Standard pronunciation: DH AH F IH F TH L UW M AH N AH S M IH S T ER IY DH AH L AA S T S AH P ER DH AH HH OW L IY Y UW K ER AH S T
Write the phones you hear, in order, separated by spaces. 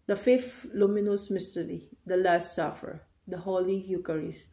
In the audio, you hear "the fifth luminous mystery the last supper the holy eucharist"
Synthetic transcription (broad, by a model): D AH F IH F T L UW M AH N AH S M IH S T ER IY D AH L AA S T S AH F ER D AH HH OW L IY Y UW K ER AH S